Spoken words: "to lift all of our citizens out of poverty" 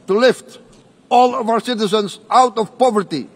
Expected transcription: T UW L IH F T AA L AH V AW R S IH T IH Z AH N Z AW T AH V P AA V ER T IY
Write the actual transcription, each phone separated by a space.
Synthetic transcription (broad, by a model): T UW L IH F T AA L AH V AW R S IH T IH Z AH N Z AW T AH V P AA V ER T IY